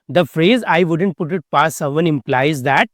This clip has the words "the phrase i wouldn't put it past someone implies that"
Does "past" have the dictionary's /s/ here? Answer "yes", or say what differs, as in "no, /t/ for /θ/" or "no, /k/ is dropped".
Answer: no, /s/ is dropped